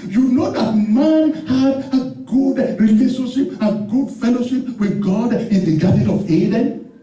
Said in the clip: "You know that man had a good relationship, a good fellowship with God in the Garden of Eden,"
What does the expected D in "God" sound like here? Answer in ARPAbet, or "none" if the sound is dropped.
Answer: D